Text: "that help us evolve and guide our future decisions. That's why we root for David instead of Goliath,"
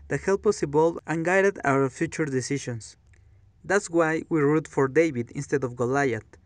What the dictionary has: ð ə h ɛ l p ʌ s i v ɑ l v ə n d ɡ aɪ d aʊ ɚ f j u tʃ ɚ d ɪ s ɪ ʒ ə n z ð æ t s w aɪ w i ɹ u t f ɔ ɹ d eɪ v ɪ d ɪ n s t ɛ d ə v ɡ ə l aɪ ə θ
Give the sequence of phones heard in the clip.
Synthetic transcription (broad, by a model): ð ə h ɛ l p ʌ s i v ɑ l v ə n ɡ aɪ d aʊ ɚ f j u tʃ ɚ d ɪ s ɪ ʃ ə n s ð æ t s w aɪ w i ɹ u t f ɔ ɹ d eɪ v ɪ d ɪ n s t ɛ d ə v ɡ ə l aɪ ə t